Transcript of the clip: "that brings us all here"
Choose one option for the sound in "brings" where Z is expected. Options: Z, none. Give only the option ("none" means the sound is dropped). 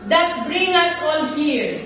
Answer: none